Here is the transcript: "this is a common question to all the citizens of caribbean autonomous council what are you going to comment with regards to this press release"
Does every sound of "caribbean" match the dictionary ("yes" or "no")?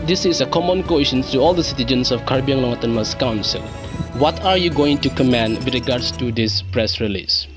no